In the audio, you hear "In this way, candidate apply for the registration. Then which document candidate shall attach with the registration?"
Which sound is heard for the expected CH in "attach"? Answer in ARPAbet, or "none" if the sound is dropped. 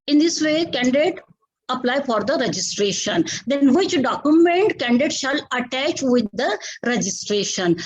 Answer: CH